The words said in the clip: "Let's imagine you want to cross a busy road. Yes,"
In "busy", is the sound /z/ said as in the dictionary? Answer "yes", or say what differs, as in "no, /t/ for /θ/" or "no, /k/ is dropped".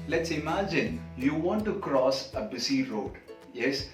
no, /s/ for /z/